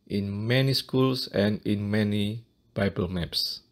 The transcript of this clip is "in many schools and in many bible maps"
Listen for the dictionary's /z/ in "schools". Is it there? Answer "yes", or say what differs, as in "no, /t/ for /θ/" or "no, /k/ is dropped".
no, /s/ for /z/